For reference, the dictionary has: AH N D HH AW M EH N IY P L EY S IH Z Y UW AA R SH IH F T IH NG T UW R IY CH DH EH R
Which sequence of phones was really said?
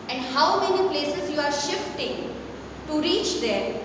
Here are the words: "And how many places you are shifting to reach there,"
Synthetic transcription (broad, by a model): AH N D HH AW M EH N IY P L EY S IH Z Y UW AA R SH IH F T IH NG T UW R IY CH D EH R